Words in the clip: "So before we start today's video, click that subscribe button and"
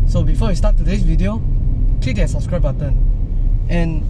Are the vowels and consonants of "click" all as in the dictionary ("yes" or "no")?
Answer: no